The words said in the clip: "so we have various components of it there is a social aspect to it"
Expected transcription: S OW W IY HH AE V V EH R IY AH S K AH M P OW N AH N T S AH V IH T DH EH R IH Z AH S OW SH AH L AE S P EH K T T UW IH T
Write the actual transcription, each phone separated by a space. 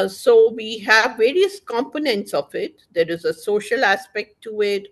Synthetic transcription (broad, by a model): S OW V IY HH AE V V EH R IY AH S K AH M P OW N AH N T S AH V IH T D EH R IH Z AH S OW SH AH L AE S P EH K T T UW IH T